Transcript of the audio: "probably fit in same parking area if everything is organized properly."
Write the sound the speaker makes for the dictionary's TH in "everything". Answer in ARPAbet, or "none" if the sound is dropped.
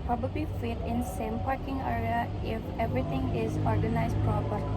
T